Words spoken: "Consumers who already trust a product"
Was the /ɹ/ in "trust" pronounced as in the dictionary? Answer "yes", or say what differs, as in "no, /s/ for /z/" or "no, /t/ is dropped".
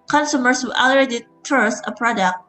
no, /ɹ/ is dropped